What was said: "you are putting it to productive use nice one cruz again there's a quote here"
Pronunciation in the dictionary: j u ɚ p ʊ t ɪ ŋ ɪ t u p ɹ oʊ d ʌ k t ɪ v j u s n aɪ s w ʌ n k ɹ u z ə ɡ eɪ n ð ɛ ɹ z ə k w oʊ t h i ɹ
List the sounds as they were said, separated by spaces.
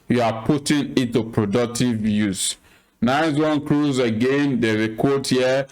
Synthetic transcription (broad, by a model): j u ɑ p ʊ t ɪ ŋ ɪ t u p ɹ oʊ d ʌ k t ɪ v j u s n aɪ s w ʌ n k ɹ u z ə ɡ eɪ n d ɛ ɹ ə k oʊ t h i